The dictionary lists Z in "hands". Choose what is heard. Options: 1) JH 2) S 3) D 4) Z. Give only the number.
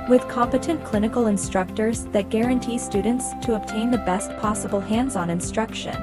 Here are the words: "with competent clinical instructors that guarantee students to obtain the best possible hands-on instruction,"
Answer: 4